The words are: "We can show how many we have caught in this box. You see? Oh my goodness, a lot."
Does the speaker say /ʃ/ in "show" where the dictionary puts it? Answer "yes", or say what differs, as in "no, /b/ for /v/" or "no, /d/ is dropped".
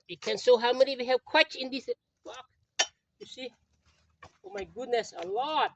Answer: no, /s/ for /ʃ/